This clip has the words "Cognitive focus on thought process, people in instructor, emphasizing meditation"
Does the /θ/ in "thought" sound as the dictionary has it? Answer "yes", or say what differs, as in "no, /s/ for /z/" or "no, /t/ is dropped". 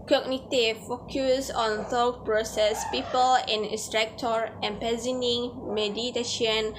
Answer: no, /s/ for /θ/